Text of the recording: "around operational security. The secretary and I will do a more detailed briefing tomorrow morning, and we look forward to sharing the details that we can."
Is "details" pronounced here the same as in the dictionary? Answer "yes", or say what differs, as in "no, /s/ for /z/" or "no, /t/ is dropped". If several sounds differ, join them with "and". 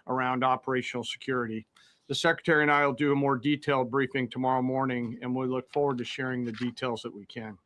yes